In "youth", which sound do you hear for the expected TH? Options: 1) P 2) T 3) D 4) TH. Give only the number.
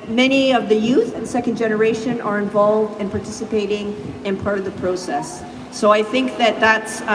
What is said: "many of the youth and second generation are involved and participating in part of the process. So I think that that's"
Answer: 4